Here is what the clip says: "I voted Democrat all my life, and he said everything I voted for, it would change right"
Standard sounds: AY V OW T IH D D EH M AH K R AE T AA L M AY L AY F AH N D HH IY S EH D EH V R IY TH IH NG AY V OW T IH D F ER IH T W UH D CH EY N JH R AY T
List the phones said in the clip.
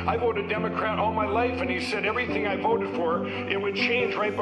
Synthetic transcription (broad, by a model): AY V OW T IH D D EH M AH K R AE T AA L M AY L AY F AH N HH IY S EH D EH V R IY TH IH NG AY V OW T IH D F ER IH T W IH D CH EY N JH R AY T